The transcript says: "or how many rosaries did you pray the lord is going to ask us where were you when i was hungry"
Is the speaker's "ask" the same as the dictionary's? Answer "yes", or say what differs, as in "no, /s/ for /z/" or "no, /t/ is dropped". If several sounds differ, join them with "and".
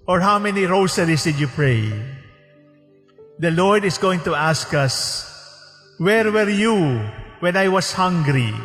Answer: yes